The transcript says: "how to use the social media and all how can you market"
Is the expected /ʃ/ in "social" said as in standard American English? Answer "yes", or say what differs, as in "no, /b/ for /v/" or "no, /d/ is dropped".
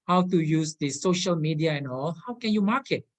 yes